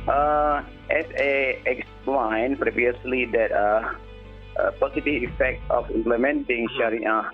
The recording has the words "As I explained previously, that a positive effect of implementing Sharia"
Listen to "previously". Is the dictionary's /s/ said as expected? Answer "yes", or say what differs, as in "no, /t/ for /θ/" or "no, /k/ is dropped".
yes